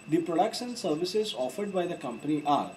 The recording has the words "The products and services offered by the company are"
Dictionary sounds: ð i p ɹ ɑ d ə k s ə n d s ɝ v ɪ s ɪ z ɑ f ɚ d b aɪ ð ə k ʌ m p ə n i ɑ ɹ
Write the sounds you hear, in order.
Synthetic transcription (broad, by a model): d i p ɹ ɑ d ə k ʃ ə n s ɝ v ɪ s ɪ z ɑ f ɚ d b aɪ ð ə k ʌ m p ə n i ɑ ɹ